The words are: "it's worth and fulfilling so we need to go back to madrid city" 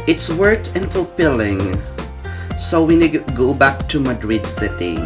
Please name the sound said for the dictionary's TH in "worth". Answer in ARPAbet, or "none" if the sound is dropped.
T